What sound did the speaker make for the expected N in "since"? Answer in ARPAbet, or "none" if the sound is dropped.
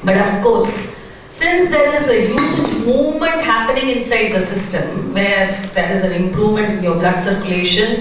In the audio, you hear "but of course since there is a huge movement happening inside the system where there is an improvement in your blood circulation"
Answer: N